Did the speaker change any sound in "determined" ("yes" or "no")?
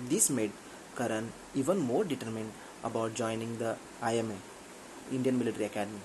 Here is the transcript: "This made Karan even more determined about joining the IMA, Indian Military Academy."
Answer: no